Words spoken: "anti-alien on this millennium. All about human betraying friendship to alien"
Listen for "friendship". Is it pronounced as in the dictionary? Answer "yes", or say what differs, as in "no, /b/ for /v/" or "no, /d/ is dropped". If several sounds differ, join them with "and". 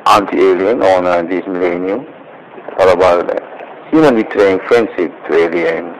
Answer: no, /s/ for /ʃ/